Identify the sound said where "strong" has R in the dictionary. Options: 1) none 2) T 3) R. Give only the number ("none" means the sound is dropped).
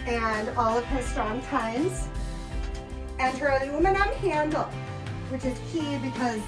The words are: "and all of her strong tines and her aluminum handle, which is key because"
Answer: 1